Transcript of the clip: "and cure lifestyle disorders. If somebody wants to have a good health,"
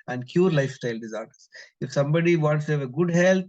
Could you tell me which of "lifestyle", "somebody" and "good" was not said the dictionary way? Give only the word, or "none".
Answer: none